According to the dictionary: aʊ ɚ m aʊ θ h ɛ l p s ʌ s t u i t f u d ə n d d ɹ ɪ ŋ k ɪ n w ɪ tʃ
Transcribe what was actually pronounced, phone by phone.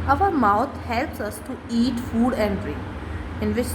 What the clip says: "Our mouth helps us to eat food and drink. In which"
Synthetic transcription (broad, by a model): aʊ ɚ m aʊ t h ɛ l p s ʌ s t u i t f u d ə n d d ɹ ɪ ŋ ɪ n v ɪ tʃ